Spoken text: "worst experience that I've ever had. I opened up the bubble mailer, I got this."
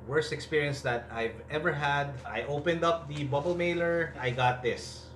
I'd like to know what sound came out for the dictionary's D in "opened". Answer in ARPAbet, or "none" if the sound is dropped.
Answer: D